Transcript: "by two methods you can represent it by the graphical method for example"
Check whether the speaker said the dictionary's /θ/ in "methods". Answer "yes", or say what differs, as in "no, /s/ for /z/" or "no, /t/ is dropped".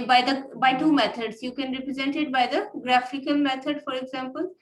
no, /t/ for /θ/